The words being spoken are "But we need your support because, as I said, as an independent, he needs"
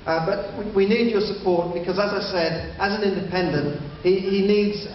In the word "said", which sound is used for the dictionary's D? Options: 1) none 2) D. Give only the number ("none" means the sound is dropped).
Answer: 2